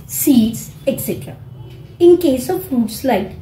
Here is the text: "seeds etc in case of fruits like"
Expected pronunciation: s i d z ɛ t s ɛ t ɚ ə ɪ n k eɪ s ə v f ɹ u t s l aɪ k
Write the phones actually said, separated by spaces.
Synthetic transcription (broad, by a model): s i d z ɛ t s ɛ t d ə ɪ n k eɪ s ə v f u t s l aɪ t